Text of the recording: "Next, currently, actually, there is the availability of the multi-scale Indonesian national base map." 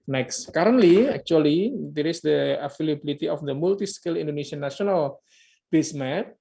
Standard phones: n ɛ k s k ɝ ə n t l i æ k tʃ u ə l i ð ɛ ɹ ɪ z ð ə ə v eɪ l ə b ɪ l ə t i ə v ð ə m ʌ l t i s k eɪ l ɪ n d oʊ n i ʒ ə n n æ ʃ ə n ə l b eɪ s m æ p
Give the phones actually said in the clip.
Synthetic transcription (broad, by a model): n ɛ k s k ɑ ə n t l i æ k tʃ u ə l i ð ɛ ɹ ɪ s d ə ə f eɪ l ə b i l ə t i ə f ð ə m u l t i s k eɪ l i n d oʊ n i s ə n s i ə n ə l b eɪ s m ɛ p